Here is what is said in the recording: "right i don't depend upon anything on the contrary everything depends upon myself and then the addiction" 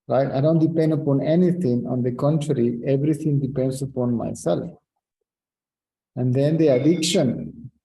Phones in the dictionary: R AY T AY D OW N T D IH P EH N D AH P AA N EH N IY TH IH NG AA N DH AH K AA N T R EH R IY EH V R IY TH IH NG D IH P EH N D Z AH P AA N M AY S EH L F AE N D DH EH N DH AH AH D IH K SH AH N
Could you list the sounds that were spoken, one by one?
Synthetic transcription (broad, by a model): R AY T AY D OW N T D IH P EH N D AH P AA N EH N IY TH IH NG AA N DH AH K AA N T R EH R IY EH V R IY T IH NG D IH P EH N D S AH P AA N M AY S EH L F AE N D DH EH N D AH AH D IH K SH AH N